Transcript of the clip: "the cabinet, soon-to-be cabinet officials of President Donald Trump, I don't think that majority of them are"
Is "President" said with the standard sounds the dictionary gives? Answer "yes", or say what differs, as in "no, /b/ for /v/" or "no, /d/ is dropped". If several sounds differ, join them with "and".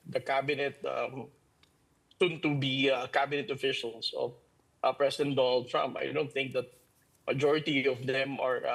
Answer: no, /s/ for /z/